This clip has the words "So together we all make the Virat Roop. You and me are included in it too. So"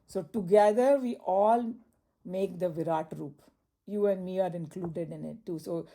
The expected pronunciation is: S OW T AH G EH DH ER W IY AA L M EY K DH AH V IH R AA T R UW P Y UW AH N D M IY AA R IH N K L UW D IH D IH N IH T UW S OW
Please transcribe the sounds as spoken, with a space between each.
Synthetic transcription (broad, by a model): S OW T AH G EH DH ER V IY AA L M EY K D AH V IH R AA T R UW P Y UW AH N D M IY AA R IH N K L UW D IH D IH N IH T UW S OW